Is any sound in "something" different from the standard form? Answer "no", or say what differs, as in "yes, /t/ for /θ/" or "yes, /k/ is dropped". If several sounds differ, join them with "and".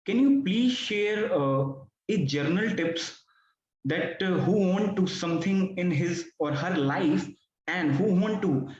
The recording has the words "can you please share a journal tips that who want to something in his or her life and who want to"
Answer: yes, /t/ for /θ/